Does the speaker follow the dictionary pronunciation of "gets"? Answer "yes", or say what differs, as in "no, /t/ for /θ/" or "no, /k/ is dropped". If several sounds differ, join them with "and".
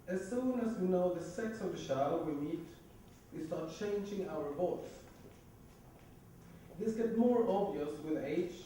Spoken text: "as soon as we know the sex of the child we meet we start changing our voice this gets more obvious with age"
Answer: no, /s/ is dropped